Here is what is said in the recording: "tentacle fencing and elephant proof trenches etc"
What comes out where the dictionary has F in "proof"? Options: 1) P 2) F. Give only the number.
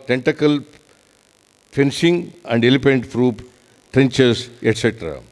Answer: 1